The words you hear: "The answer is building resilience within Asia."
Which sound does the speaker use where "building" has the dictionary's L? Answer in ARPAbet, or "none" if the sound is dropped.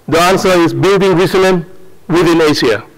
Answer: L